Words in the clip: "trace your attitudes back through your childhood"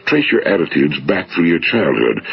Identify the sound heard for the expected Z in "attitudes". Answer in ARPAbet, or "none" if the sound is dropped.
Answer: Z